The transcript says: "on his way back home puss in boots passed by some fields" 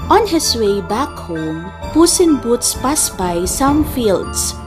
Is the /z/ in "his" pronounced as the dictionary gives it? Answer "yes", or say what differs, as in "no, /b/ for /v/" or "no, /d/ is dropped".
no, /s/ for /z/